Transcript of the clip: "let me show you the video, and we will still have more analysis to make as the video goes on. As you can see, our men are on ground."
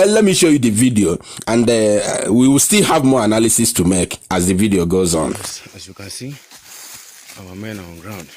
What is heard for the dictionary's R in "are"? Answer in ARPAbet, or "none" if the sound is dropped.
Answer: W